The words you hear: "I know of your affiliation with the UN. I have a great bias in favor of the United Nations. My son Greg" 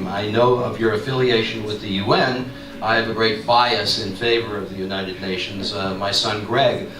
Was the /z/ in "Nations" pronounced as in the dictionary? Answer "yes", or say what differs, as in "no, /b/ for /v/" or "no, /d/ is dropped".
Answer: yes